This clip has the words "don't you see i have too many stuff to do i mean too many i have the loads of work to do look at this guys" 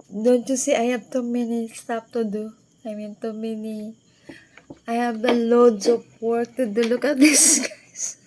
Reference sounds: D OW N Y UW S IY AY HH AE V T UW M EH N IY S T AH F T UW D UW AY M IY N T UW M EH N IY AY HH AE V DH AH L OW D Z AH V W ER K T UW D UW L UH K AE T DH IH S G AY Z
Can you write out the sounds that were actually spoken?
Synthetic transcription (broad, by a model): D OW N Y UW S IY AY HH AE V T UW M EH N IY S T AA P T UW D UW AY M IY N T UW M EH N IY AY HH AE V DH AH L OW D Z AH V W ER K T UW D UW L UH K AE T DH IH S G AY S